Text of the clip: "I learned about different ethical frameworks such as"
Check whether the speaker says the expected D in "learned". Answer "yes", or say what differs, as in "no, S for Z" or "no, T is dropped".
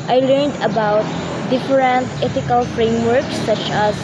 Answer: yes